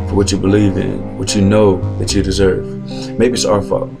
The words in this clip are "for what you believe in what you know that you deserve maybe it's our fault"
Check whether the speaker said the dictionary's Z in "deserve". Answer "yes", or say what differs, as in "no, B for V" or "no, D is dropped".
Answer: yes